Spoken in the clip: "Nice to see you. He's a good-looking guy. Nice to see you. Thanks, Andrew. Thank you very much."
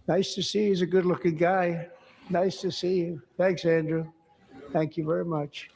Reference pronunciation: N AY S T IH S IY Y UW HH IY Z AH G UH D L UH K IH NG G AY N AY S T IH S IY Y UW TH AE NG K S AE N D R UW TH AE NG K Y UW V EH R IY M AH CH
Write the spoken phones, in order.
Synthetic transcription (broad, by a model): N AY S T IH S IY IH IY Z AH G UH D L UH K IH NG G AY N AY S T IH S IY Y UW TH AE NG K S AE N D R UW TH AE NG K Y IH V EH R IY M AH CH